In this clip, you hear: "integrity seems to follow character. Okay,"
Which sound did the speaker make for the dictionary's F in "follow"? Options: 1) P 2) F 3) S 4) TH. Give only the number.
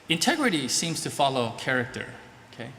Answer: 2